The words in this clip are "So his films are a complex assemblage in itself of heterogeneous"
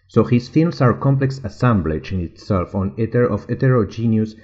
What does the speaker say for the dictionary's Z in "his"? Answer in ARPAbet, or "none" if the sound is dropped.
S